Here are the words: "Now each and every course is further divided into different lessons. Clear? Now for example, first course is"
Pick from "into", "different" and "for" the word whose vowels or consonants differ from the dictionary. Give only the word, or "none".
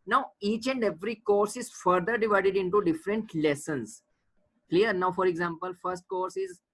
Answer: none